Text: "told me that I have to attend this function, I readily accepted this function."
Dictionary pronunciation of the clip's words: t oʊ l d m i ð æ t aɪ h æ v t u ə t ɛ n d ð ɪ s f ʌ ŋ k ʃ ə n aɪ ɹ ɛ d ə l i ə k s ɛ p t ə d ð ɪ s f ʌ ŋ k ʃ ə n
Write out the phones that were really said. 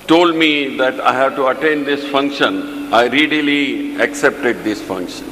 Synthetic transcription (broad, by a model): t oʊ l d m i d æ t aɪ h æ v t u ə t ɛ n d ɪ s f ʌ ŋ k ʃ ə n aɪ ɹ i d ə l i ə k s ɛ p t ə d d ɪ s f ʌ ŋ k ʃ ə n